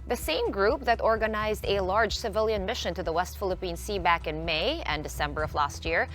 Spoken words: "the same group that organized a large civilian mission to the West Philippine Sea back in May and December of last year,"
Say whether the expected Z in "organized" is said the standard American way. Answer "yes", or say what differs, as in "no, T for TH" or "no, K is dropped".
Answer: yes